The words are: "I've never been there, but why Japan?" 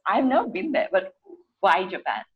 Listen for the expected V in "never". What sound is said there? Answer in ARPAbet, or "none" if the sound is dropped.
none